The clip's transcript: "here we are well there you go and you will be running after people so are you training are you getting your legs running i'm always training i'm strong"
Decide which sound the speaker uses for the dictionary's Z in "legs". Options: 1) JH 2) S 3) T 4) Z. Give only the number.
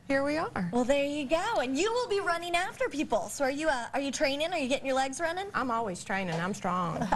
4